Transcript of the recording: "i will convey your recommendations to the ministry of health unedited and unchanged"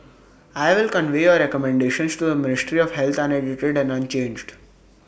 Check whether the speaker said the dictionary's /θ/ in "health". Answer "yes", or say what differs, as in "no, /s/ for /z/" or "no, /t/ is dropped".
no, /t/ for /θ/